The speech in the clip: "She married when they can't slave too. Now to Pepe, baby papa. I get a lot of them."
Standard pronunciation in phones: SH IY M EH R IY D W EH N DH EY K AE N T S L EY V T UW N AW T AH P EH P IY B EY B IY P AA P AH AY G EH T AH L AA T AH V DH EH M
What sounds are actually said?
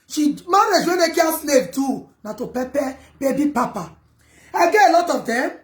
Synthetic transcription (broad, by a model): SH IY M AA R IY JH W EH N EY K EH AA S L EY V T UW N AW T AH P EH P IY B EY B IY P AA P AH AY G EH AH L AA T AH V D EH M